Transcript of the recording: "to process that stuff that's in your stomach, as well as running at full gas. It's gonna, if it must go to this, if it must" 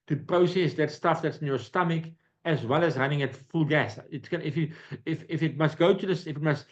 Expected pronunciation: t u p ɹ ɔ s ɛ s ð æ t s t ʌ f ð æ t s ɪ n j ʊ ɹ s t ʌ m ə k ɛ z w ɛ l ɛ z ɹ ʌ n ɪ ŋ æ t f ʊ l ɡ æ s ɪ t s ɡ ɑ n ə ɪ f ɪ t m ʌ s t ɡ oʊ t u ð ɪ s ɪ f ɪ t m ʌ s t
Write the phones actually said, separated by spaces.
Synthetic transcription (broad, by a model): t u p ɹ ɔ s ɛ s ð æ t s t ʌ f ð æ t s ɪ n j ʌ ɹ s t ʌ m ə k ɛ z w ɛ l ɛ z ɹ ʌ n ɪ ŋ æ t f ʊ l ɡ æ s ɪ t s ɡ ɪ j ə ɪ f ɪ t m ʌ s t ɡ oʊ t u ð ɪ s ɪ f ɪ t m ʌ s t